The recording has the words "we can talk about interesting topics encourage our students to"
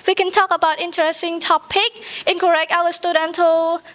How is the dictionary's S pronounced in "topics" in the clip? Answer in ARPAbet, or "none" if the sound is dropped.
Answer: none